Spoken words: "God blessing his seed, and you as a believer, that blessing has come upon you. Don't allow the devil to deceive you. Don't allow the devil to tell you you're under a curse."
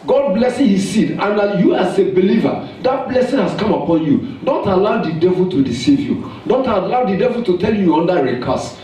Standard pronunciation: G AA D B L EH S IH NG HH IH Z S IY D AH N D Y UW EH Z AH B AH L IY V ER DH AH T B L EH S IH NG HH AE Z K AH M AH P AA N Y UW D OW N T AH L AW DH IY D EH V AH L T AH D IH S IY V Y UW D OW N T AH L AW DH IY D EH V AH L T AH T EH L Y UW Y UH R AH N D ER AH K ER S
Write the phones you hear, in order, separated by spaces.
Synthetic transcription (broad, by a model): G AA D B L EH S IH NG HH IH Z S IY D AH N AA Y UW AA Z AH B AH L IY V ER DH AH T B L EH S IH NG HH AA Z K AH M AH P AA N Y UW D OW N T AH L AW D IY D EH V AH L T AH D IH S IY V Y UW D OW N T AH L AW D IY D EH V AH L T AH T EH L Y UW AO N D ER AH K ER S